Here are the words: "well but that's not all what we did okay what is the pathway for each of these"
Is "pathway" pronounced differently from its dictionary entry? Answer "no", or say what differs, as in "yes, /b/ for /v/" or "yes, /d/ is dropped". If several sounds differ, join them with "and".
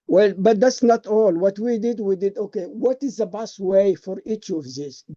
yes, /b/ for /p/ and /t/ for /θ/